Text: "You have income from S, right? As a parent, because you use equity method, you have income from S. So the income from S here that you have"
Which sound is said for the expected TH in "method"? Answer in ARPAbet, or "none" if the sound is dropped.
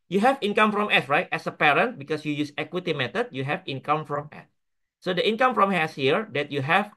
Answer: T